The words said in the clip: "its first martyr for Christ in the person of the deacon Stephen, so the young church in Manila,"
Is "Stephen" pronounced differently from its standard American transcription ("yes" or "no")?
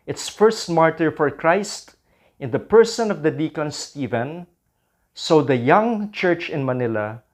no